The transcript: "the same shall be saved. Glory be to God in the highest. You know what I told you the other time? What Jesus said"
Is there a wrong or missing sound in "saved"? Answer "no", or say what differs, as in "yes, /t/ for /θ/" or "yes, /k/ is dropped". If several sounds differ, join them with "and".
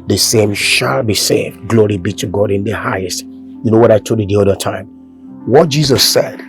no